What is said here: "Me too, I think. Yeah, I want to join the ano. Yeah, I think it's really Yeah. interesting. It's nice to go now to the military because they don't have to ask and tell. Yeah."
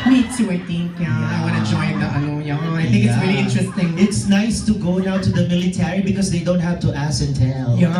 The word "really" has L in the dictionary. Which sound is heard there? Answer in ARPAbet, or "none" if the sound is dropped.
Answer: L